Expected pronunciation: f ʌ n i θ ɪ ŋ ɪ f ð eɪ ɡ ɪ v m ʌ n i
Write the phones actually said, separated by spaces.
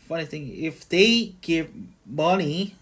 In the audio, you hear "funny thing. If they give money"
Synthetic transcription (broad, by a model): f ʌ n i θ ɪ ŋ ɪ f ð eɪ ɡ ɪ p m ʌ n i